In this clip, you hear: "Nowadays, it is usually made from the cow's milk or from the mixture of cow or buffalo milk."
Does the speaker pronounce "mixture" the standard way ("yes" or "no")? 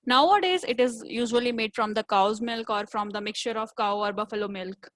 yes